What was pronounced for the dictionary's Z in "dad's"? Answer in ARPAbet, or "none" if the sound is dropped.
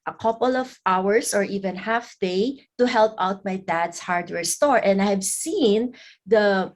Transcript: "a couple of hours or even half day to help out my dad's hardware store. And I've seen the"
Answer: S